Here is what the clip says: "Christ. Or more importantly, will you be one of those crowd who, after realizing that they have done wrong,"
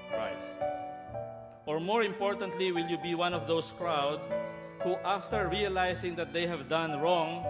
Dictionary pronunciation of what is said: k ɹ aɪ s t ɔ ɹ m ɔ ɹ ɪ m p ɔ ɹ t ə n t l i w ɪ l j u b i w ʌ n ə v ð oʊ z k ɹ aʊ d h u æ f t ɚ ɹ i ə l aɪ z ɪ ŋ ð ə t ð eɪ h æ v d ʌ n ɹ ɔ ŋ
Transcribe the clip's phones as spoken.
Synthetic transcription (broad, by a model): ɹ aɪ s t ɔ ɹ m ɔ ɹ ɪ m p ɔ ɹ t ə n t l i w ɪ l j u b i w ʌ n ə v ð oʊ s k ɹ aʊ d h u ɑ f t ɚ ɹ i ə l aɪ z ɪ ŋ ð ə t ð eɪ h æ v d ʌ n ɹ ɔ ŋ